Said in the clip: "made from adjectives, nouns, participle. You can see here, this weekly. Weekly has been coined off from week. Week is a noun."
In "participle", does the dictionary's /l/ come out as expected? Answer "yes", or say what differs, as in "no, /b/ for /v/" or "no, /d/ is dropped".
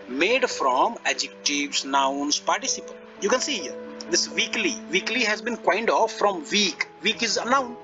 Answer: no, /n/ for /l/